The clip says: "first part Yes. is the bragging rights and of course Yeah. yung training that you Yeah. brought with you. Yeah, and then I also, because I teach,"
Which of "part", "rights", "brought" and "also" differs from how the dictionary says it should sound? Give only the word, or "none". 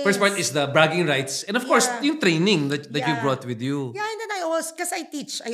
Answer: also